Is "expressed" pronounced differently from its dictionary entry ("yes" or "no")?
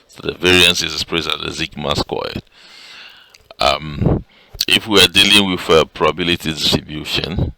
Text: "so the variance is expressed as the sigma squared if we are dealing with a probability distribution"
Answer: yes